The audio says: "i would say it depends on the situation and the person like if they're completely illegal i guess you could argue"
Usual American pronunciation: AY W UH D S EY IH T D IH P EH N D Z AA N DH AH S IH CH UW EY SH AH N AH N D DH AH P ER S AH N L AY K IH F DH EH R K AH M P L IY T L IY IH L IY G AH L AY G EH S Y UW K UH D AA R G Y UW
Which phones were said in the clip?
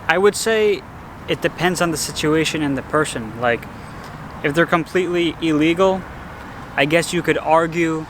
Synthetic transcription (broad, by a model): AY W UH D S EY IH T D IH P EH N D Z N DH AH S IH CH UW EY SH AH N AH N DH AH P ER S AH N L AY K IH F DH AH R K AH M P L IY T L IY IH L IY G L AY G EH S Y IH K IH D AA R G Y UW